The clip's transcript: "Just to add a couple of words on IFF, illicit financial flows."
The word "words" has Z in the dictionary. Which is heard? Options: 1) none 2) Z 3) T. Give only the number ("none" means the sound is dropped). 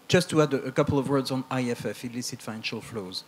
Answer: 2